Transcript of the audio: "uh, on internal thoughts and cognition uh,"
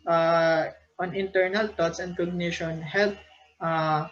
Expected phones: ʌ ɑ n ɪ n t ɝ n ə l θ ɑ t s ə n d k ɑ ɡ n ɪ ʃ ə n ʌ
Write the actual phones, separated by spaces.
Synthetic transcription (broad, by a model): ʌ ɑ n ɪ n t ɝ n ə l t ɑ t s ə n d k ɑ ɡ n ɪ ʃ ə n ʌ